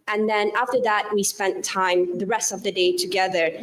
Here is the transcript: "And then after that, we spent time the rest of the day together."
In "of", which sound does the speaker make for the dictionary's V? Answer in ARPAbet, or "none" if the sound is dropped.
V